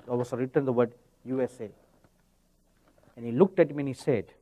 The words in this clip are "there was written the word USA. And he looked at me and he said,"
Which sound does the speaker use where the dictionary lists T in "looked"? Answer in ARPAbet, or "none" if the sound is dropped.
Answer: T